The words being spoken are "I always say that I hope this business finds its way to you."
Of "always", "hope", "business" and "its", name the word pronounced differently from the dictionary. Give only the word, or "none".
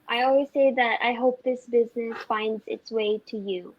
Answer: none